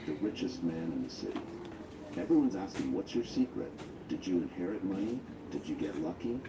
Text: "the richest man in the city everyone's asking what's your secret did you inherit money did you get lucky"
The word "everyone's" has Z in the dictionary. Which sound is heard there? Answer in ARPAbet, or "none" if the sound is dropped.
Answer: Z